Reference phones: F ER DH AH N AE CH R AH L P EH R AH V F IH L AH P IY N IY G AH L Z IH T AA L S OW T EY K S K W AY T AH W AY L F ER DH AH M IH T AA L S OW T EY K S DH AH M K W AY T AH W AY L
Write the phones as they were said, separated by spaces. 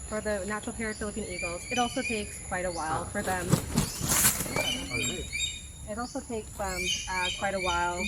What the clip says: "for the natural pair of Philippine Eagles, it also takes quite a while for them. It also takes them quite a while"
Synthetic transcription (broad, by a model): F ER DH AH N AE CH R L P EH R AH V F IH L AH P IY N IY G L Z IH T AA L S OW T EY K S K W AY T AH W AY L F ER DH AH M IH T AA L S OW T EY K S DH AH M K W AY T AH W AY L